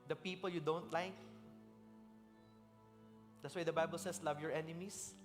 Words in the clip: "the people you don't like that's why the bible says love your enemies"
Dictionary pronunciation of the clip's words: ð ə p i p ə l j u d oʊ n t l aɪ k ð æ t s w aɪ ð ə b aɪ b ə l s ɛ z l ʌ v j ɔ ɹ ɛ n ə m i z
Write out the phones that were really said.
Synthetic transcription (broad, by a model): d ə p i p ə l j u d oʊ n t l aɪ k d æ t s w aɪ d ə b aɪ b ə l s ɛ s l ʌ v j ɔ ɹ ɛ n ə m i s